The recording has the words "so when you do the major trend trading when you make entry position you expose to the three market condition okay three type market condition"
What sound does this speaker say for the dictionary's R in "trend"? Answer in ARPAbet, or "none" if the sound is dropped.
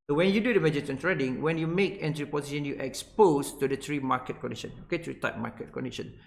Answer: none